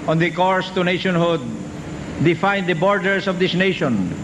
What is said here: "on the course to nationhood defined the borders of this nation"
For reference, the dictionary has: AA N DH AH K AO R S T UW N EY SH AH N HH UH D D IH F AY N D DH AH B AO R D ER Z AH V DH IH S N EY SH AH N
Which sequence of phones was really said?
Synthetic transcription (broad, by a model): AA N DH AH K AO R S T UW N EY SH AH N HH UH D D IH F AY N D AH B AO R D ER S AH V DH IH S N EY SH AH N